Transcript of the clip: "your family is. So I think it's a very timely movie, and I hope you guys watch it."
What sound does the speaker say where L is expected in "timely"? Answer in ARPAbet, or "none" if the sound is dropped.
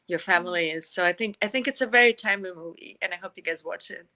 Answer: none